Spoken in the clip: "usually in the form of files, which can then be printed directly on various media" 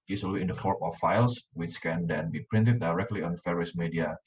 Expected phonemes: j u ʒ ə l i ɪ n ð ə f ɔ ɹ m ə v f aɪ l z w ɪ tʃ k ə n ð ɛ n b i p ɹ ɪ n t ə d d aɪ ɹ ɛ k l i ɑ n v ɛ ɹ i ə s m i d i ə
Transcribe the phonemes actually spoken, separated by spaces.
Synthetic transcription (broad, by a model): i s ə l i ɪ n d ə f ɔ ɹ m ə f aɪ l s w ɪ tʃ k ə n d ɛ n b i p ɹ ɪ n t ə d d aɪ ɹ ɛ k l i ɑ n f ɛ ɹ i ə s m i d i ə